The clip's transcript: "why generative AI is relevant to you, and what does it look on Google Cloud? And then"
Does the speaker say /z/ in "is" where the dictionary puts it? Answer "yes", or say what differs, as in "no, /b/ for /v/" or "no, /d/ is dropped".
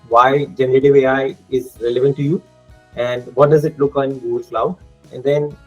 yes